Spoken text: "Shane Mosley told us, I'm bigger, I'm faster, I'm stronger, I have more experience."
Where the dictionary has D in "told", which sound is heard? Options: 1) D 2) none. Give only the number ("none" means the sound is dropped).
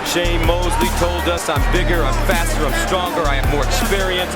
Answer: 1